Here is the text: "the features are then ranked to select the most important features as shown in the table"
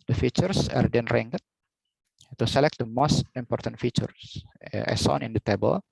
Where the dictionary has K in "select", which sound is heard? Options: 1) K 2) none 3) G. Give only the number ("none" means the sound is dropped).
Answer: 1